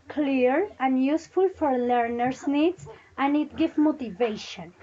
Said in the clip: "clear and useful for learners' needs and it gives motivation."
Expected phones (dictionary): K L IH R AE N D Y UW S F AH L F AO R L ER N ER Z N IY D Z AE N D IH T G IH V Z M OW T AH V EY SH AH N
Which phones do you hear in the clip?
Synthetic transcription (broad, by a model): K L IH R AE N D Y UW S F AH L F AO R L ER N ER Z N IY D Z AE N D IH T G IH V M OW T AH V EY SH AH N